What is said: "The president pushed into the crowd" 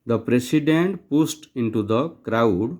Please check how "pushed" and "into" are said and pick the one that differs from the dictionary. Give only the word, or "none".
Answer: pushed